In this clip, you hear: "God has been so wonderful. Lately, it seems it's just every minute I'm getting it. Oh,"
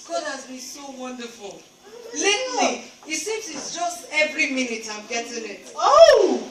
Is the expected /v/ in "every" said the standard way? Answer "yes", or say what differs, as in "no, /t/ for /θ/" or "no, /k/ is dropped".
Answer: yes